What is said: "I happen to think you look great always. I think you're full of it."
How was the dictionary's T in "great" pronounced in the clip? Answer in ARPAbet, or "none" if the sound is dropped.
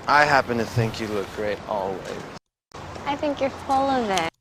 T